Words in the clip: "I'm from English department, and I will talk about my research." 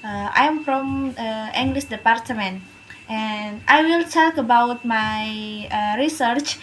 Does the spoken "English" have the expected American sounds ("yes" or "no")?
no